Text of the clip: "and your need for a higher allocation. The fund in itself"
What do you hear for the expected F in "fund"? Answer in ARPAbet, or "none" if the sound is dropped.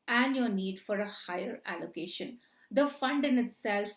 F